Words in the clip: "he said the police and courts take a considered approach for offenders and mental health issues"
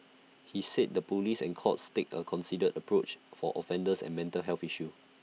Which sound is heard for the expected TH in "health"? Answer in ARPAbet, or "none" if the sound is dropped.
F